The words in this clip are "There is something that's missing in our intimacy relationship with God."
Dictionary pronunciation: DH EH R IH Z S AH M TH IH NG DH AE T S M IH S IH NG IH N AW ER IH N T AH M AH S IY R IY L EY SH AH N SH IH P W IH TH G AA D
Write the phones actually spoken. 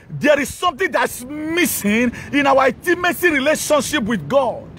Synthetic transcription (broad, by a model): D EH R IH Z S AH M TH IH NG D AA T S M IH S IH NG IH N AW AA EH T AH M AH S IY R IY L EY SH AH N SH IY P W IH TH G AA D